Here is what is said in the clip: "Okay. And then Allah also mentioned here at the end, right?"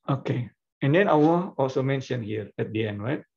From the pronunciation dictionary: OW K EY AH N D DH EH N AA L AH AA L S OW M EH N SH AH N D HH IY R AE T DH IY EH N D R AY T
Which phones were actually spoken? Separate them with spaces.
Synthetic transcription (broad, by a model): OW K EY AH N D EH N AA W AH AA L S OW M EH N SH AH N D HH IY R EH T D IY EH N D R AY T